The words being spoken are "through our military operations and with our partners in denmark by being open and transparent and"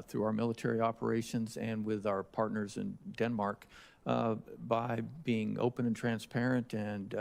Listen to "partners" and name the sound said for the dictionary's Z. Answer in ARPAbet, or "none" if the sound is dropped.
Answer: Z